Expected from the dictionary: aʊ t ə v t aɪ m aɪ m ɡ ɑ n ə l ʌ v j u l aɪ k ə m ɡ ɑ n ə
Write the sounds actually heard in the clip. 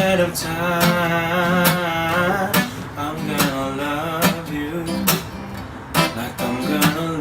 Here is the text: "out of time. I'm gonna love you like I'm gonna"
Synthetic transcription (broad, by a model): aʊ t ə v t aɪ aɪ m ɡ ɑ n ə l ʌ v j u l aɪ k ə m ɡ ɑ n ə